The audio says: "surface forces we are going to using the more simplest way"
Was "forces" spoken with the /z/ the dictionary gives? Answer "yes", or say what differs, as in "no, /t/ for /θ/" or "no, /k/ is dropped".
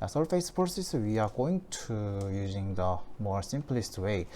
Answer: no, /s/ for /z/